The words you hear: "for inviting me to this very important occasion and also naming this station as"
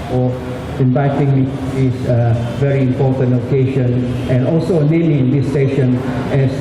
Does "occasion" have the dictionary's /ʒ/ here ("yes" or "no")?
no